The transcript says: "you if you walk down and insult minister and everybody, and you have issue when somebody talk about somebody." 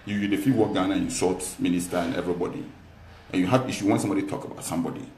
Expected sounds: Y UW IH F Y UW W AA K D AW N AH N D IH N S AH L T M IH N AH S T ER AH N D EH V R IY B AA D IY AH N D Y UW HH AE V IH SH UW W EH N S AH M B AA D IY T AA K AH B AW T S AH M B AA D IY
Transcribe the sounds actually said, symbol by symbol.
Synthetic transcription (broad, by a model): Y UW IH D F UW W AA K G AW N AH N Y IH S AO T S M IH N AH S T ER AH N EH V R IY B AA D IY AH N Y UW HH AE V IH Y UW W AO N S AH M B AA D IY T AA K AH B AW T S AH M B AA D IY